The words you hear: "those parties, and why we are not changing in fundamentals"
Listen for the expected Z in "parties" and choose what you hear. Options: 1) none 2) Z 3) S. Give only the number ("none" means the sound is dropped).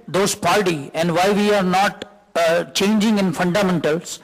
1